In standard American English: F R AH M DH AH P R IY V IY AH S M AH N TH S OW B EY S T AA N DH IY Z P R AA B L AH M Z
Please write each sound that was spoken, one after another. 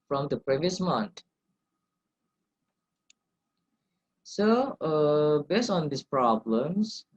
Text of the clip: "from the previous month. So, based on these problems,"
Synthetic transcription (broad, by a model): F R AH M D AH P R IY V IY AH S M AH N T S OW B EY S T AA N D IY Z P R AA B L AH M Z